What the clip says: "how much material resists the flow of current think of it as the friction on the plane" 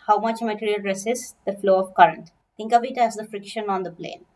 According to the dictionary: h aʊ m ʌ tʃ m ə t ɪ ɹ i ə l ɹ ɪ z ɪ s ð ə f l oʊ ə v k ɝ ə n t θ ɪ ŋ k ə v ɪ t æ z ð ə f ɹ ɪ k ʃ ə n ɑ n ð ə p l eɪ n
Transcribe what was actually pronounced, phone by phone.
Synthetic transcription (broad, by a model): h aʊ m ʌ tʃ m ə t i ɹ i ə l ɹ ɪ s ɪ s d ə f l oʊ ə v k ɝ ə n t t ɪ ŋ k ə v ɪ t æ z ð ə f ɹ ɪ k ʃ ə n ɑ n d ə p l eɪ n